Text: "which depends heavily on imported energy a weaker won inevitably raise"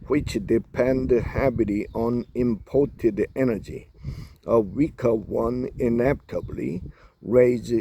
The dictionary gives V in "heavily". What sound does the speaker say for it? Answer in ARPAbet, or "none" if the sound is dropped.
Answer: B